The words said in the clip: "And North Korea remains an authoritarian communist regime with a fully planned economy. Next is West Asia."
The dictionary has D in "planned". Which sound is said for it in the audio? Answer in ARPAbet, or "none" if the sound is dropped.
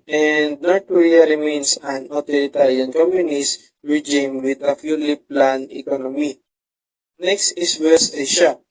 none